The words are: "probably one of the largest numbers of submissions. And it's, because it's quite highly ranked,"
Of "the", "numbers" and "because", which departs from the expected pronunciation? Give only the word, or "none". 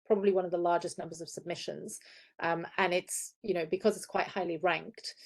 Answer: none